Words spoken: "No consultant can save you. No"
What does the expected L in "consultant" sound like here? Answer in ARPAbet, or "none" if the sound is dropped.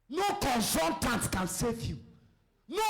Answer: N